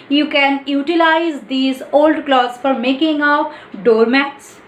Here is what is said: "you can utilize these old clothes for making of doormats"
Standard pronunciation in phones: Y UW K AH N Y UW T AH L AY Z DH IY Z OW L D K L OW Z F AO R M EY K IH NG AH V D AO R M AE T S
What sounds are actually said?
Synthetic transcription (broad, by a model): Y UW K AH N Y UW T AH L AY Z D IY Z OW L D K L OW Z F AO R M EY K IH NG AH P D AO R M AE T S